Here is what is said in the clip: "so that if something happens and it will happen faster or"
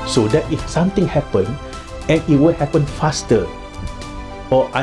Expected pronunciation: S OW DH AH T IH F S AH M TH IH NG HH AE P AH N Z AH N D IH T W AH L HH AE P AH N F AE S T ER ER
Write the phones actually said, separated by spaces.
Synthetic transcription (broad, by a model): S OW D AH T IH F S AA M T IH NG HH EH P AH N AH N IH T W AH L HH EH P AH N F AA S T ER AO